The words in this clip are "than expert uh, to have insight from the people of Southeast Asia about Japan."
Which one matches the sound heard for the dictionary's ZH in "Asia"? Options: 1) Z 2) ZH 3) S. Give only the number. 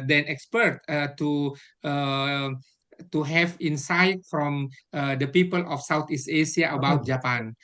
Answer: 3